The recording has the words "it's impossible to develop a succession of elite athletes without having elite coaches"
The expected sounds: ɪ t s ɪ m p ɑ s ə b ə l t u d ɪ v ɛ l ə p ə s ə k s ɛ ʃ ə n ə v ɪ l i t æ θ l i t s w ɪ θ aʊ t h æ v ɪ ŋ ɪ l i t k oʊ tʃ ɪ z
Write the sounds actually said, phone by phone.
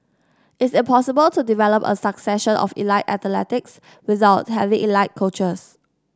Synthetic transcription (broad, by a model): ɪ t s ɪ m p ɑ s ə b ə l t u d ɪ v ɛ l ə p ə s ə k s ɛ ʃ ə n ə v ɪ l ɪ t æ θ l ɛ t s w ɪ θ aʊ t h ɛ v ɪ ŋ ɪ l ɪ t k oʊ tʃ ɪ s